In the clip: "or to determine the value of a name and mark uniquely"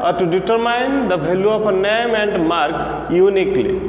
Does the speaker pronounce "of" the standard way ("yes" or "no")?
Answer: no